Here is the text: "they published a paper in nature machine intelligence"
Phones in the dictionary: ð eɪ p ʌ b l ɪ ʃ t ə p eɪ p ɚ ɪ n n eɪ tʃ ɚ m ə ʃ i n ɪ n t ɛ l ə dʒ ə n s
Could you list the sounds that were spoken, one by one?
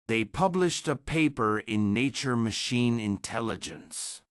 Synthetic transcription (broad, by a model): ð eɪ p ʌ b l ɪ ʃ t ə p eɪ p ɚ ɪ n n eɪ tʃ ɚ m ə ʃ i n ɪ n t ɛ l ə dʒ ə n s